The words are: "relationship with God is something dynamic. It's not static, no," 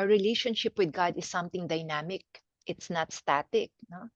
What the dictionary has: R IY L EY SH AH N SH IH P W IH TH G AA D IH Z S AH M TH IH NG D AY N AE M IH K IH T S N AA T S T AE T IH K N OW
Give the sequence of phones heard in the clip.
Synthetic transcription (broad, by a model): R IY L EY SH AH N SH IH P W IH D G AA D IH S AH M T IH NG D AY N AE M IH K IH T S N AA T S T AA T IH K N OW